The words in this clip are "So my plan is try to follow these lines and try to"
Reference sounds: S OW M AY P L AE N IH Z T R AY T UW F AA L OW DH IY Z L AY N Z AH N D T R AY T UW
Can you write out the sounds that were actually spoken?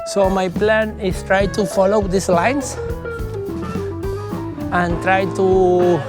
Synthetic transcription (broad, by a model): S OW M AY P L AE N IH S T R AY T UW F AA L OW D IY S L AY N S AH N T R AY T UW